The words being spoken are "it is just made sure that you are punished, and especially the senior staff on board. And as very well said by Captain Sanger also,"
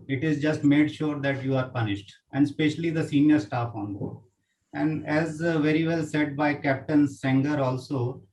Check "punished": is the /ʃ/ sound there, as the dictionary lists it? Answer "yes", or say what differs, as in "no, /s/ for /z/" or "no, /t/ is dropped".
yes